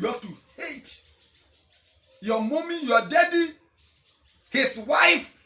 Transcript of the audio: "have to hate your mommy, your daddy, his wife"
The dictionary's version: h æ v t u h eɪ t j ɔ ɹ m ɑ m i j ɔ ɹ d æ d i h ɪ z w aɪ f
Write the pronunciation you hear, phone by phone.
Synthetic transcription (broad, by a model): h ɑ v t u h eɪ t j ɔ m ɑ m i j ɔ d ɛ d i h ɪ s w aɪ f